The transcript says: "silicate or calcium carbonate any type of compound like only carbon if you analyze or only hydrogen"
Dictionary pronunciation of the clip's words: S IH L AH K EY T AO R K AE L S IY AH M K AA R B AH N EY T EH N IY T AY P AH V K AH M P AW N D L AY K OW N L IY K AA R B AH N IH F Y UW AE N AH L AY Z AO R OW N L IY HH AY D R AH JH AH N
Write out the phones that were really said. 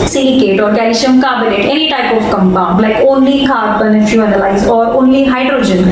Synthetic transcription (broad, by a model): S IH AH K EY T AO R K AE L IY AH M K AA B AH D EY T EH N IY T AY P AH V K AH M B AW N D L AY K OW N L IY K AA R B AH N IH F Y UW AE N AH L AY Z AO R OW N L IY HH AY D R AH JH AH N